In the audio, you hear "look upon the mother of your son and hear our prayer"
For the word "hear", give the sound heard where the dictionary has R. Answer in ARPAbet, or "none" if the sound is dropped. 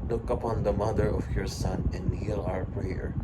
L